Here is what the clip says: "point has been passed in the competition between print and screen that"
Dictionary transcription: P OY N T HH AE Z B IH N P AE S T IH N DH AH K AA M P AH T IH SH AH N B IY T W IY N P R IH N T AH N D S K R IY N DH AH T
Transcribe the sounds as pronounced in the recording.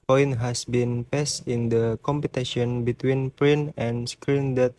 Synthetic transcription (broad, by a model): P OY N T HH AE S B IH N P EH S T IH N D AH K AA M P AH T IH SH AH N B IY T W IY N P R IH N AH N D S K R IY N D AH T